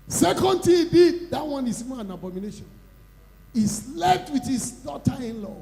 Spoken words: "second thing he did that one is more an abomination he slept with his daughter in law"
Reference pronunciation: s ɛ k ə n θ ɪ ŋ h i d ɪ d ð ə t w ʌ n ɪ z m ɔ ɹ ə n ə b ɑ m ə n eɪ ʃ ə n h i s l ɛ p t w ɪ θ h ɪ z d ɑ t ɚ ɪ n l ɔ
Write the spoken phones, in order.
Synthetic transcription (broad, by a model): s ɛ k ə n t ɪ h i d ɪ d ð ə t w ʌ n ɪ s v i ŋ ə n ə b ɑ m ə n eɪ ʃ ə n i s l ɛ f t w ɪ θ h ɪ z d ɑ t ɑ ɪ n l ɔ